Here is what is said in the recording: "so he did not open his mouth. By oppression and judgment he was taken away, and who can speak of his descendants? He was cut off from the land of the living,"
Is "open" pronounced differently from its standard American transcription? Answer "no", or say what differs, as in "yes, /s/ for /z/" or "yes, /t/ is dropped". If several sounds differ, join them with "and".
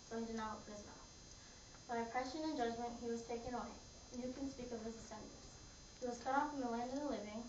yes, /p/ is dropped